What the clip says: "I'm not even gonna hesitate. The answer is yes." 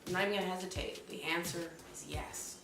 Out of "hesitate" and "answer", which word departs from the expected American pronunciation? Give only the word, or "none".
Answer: none